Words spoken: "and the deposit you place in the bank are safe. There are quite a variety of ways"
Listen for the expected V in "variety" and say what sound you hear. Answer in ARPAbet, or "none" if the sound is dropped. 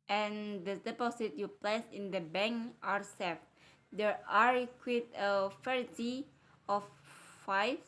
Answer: F